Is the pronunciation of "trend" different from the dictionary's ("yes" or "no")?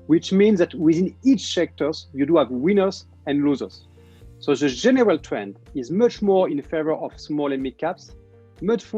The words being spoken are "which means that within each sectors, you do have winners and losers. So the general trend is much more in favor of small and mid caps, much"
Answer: no